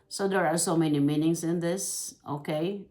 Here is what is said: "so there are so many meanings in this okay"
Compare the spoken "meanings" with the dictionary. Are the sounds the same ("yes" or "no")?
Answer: no